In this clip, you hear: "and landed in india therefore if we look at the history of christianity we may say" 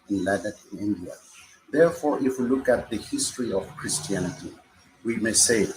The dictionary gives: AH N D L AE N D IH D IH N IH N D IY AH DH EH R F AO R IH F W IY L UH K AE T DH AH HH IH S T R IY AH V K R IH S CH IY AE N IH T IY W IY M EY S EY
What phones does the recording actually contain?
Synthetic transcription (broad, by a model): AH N L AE D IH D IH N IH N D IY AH DH EH R F AO R IH F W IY L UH K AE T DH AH HH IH S T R IY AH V K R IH S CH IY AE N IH T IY W IY M EY S EY